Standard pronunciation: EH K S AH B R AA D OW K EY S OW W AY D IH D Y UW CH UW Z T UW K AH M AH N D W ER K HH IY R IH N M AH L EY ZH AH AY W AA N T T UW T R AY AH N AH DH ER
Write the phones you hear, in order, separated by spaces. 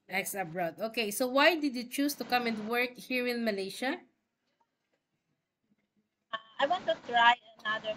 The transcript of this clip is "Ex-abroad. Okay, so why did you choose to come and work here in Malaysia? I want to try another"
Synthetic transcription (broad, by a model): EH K S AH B R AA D OW K EY S OW W AY D IH D Y UW CH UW S T UW K AH M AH N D W ER K HH IY R IH N M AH L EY SH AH AY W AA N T T UW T R AY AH N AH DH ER